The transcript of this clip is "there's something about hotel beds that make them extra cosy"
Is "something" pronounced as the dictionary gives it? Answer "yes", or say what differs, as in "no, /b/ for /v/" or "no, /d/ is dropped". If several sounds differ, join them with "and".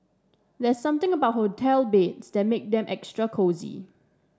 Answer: no, /t/ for /θ/